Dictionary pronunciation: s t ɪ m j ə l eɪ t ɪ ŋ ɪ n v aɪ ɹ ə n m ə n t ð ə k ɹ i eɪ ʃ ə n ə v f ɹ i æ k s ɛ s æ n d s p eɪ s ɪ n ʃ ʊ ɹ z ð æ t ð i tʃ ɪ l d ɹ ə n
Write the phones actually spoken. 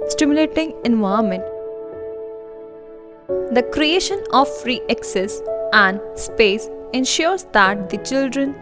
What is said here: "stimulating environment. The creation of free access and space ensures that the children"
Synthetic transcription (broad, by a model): s t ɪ m j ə l eɪ t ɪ ŋ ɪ n v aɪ ə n m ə n t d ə k ɹ i eɪ ʃ ə n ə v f ɹ i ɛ k s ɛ s æ n d s p eɪ s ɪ n ʃ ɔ ɹ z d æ t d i tʃ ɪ l d ɹ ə n